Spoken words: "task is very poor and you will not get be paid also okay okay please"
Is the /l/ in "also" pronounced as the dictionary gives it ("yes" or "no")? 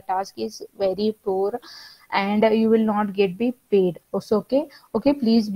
no